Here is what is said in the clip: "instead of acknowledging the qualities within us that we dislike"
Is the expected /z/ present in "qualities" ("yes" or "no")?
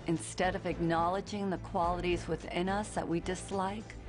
yes